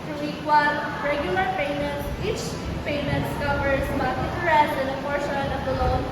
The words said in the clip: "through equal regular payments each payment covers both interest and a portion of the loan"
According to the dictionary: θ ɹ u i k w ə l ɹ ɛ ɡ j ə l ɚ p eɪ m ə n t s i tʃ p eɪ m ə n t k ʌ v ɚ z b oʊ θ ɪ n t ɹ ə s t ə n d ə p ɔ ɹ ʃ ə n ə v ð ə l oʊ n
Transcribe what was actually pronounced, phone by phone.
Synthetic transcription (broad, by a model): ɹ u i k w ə n ɹ ɛ ɡ j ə l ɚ p eɪ m ə n t s i tʃ p eɪ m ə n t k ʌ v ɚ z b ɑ t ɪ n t ɹ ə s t ə n d ə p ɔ ɹ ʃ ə n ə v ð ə l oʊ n